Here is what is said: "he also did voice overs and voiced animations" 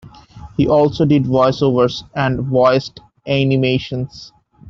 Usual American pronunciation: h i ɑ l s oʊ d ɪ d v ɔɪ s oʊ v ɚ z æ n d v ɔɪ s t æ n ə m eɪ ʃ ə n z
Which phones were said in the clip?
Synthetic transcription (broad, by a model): h i ɑ l s oʊ d ɪ d v ɔɪ s oʊ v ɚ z æ n d v ɔɪ s t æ n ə m eɪ ʃ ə n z